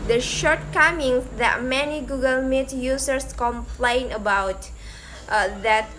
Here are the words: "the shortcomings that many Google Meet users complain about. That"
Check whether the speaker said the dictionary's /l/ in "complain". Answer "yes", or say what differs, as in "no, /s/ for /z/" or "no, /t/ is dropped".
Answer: yes